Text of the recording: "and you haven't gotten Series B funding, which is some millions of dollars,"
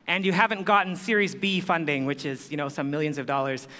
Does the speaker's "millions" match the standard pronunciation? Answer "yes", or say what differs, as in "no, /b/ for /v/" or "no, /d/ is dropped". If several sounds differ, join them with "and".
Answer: yes